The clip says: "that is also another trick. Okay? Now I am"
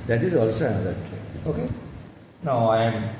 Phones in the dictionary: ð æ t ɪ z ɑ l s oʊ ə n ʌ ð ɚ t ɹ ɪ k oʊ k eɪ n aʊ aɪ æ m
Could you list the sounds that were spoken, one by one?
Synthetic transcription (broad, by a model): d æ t ɪ z ɑ l s oʊ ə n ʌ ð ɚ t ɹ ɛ oʊ k eɪ n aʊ aɪ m